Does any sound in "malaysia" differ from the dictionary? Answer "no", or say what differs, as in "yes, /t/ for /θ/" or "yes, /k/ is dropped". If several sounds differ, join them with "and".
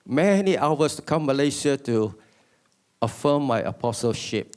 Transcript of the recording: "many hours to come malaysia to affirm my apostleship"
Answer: yes, /s/ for /ʒ/